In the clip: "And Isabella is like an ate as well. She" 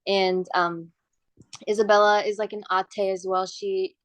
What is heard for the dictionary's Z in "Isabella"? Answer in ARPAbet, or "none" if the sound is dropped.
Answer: Z